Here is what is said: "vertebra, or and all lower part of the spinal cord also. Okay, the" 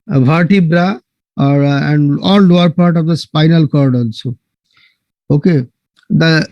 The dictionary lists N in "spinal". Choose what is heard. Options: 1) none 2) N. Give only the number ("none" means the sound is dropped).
2